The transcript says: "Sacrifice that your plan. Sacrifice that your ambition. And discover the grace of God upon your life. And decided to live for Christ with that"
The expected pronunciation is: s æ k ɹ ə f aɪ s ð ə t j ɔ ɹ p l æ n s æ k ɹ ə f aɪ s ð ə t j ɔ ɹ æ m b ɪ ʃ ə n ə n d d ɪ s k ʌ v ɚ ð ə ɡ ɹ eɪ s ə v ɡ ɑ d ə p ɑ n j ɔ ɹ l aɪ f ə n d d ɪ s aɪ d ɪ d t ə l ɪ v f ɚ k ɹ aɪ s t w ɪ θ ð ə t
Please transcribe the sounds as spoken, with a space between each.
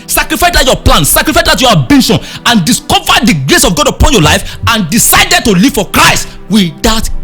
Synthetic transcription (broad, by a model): s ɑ k ɹ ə f aɪ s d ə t j ɔ p l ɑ n s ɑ k ɹ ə f aɪ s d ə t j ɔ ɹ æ b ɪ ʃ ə n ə n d d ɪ s k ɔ v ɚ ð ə ɡ ɹ eɪ s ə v ɡ ɑ d ə p ɑ n j ɔ l aɪ f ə n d d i s aɪ d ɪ d t ə l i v f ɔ k ɹ aɪ s t w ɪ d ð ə t